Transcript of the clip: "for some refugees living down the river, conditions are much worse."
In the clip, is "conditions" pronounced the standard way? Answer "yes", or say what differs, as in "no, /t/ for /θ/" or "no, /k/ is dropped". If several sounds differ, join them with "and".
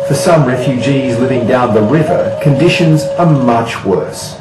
yes